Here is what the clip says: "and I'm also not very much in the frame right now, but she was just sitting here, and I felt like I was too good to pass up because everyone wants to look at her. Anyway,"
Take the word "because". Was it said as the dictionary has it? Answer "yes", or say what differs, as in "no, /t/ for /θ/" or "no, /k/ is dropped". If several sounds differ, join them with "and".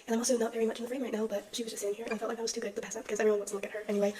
yes